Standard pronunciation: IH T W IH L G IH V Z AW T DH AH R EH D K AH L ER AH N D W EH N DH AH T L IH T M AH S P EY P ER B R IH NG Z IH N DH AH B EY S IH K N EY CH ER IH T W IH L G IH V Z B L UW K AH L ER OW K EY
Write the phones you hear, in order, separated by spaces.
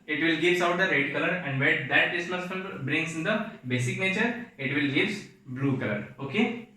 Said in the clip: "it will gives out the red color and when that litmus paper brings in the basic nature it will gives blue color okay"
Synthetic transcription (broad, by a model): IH T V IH L G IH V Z AW T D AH R EH D K AH L ER AH N D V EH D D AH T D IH S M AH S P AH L B R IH NG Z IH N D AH B EY S IH K N EY CH ER IH T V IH L G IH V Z B L UW K AH L ER OW K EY